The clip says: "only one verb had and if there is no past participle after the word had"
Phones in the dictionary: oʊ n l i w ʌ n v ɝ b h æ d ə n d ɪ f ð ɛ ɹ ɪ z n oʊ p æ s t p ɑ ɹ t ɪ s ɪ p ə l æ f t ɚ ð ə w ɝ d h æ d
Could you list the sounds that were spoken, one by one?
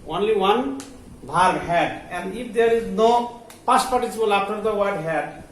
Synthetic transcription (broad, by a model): oʊ n l i w ʌ n b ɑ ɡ h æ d ə n d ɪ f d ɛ ɹ ɪ z n oʊ p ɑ s p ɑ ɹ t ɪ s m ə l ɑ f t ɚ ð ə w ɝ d h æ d